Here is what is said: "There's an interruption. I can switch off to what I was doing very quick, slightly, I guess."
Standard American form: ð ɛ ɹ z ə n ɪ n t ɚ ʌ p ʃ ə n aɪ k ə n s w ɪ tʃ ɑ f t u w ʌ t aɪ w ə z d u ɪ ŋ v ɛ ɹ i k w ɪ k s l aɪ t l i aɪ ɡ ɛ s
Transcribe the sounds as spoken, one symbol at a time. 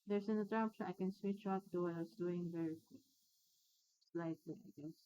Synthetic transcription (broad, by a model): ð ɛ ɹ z ə n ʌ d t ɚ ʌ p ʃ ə aɪ k ə n s w ɪ tʃ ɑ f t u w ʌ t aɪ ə s d u ɪ ŋ v ɛ ɹ i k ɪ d s l aɪ t l i aɪ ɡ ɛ s